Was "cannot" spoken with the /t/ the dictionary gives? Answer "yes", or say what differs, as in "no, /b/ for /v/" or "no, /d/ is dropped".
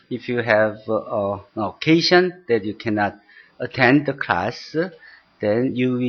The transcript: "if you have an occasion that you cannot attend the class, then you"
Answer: yes